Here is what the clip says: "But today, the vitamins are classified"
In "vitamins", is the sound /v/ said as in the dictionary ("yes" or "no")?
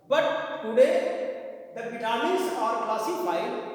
no